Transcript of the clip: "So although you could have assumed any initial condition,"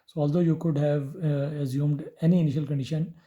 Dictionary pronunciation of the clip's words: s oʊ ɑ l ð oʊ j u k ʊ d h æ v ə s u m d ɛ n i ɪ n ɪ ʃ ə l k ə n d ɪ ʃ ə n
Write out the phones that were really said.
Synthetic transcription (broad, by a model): s oʊ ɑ l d oʊ j u k ʊ d h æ v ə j u m d ɛ n i ɪ n ɪ ʃ ə l k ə n d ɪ ʃ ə n